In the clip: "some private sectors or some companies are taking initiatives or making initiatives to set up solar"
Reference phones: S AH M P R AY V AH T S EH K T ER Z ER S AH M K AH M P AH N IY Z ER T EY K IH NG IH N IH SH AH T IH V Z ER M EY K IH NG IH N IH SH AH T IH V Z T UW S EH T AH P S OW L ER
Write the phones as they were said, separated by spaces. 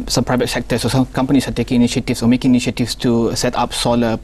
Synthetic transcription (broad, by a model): S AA M P R AY V AH T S EH K T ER S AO S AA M K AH M P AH N IY S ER T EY K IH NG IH N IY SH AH T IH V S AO M EY K IH NG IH N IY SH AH T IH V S T UW S EH T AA P S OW L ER